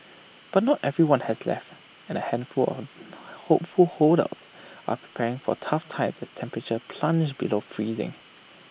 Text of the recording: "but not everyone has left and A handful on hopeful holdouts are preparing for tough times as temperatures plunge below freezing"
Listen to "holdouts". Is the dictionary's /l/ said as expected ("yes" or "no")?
no